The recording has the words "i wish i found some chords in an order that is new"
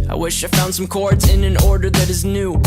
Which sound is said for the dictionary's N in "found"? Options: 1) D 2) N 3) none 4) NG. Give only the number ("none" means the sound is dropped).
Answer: 2